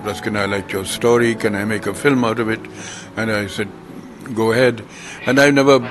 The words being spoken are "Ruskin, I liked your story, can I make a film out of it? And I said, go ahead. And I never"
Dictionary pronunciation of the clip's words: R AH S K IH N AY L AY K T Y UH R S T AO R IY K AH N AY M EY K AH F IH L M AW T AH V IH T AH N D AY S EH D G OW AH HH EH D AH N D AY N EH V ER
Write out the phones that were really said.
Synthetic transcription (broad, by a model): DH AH S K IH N AY L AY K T Y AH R S T AO R IY K AH N AY M EY K AH F IH L M AW T AH V IH T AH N AY S EH D G OW AH HH EH D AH N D AY N EH V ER